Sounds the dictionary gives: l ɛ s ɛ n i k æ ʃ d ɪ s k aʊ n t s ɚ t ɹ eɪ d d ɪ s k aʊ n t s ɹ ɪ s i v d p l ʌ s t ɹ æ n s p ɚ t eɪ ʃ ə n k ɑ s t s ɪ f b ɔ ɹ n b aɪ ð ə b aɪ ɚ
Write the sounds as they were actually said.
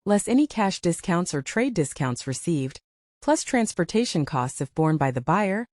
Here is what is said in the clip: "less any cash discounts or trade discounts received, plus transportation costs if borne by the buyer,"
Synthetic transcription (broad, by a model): l ɛ s ɛ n i k æ ʃ d ɪ s k aʊ n t s ɚ t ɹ eɪ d d ɪ s k aʊ n t s ɹ ɪ s i v d p l ʌ s t ɹ æ n s p ɚ t eɪ ʃ ə n k ɑ s t s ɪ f b ɔ ɹ n b aɪ ð ə b aɪ ɚ